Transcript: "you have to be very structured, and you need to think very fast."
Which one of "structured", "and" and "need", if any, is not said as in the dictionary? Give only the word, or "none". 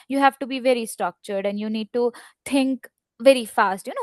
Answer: none